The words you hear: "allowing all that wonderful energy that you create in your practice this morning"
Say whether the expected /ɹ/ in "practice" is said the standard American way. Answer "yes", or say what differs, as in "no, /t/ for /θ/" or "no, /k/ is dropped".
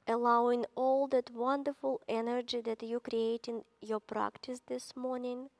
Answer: yes